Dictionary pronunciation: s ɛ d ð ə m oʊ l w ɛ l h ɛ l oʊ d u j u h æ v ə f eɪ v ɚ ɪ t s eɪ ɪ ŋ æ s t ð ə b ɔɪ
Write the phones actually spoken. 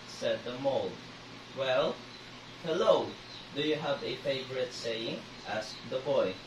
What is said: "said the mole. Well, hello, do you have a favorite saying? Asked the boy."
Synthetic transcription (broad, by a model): s ɛ d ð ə m oʊ l w ɛ l h ɛ l oʊ d u j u h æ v ə f eɪ v ɚ ɪ t s eɪ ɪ ŋ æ s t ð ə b ɔɪ